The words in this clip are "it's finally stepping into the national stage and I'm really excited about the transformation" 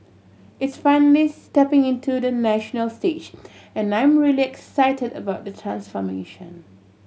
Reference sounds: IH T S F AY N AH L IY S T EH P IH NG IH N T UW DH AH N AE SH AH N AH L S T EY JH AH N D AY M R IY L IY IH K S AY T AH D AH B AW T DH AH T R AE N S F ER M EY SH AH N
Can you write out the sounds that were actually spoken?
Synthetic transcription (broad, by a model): IH T S F AY N AH L IY S T EH P IH NG IH N T UW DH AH N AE SH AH N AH L S T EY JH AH N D AY M R IY L IY IH K S AY T AH D AH B AW T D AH T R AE N S F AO M EY SH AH N